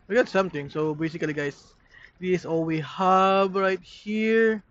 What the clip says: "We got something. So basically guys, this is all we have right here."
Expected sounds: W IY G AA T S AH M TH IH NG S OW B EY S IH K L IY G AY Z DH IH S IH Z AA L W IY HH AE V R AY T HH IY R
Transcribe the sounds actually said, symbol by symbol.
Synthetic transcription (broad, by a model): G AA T S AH M T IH NG S OW B EY S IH K L IY G AY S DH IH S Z AA L W IY HH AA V R AY T HH IY R